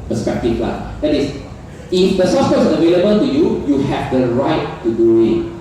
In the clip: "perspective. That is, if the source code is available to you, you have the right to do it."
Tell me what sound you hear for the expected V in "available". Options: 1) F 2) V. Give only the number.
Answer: 2